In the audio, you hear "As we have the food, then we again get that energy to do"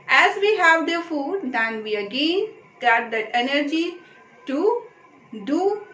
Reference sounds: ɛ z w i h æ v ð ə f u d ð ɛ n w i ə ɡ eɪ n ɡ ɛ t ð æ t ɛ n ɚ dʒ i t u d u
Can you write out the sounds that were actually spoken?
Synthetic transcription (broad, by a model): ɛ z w i h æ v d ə f u d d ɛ n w i ə ɡ eɪ n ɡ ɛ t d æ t ɛ n ɚ dʒ i t u d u